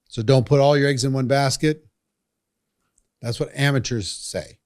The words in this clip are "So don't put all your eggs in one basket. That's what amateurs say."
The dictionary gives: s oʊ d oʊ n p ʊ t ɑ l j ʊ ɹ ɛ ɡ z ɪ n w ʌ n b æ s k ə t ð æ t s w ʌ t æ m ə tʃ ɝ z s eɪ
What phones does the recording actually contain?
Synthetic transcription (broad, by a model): s oʊ d oʊ n p ʊ t ɑ l j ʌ ɹ ɛ ɡ z ɪ n w ʌ n b æ s k ə t ð æ t s w ʌ t æ m ə tʃ ɝ z s eɪ